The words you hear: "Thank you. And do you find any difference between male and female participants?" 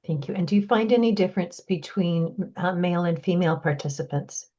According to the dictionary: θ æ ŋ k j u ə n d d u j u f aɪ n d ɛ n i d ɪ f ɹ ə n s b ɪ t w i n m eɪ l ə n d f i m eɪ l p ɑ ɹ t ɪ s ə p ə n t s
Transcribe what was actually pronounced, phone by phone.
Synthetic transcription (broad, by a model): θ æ ŋ k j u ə n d d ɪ j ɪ f aɪ n d ɛ n i d ɪ f ɹ ə n s b ɪ t w i n m eɪ l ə n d f i m eɪ l p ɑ ɹ t ɪ s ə p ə n t s